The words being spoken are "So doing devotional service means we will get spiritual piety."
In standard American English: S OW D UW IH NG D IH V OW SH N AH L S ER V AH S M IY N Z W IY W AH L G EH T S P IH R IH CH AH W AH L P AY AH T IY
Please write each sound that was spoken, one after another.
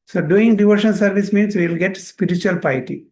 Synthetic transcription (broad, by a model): S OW D UW IH NG D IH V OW SH AH N S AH V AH S M IY N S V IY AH L G EH T S P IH R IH CH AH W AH L P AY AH T IY